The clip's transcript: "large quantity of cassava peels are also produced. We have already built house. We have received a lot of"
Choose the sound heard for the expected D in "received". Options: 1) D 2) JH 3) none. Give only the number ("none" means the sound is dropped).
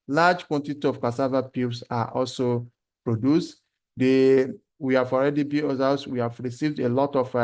1